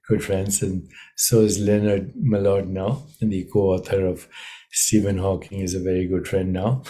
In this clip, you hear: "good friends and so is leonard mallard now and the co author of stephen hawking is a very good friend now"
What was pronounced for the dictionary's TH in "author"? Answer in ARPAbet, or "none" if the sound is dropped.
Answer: T